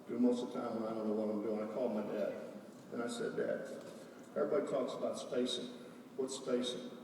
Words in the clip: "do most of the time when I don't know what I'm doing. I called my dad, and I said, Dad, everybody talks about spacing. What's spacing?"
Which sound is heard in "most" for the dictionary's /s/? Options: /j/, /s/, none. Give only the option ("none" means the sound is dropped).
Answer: none